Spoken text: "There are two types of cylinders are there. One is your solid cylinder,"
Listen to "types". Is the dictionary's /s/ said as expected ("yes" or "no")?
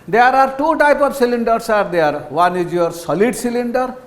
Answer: no